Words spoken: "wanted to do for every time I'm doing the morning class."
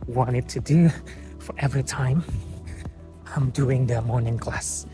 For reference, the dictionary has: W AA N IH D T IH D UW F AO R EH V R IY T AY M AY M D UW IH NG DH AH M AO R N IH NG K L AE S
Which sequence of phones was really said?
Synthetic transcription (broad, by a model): W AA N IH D T IH D UW F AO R EH V R IY T AY M AY M D UW IH NG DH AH M AO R N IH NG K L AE S